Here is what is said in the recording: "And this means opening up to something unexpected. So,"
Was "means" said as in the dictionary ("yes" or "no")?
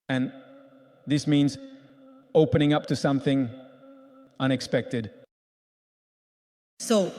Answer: yes